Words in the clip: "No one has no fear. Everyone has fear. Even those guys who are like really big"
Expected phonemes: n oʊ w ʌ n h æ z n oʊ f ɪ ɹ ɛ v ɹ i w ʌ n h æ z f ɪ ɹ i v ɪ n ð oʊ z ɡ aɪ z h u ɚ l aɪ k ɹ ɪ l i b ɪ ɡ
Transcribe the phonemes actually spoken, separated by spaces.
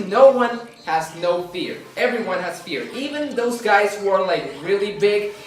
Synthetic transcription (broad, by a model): n oʊ w ʌ n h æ z n oʊ f ɪ ɹ ɛ v ɹ i w ʌ n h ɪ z f ɪ ɹ i v ɪ n ð oʊ z ɡ aɪ z h u ɚ l aɪ k ɹ ɪ l i b ɪ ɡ